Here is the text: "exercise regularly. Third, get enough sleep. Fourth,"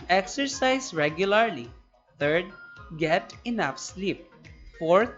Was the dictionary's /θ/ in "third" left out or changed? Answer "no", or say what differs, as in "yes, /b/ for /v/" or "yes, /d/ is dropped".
yes, /t/ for /θ/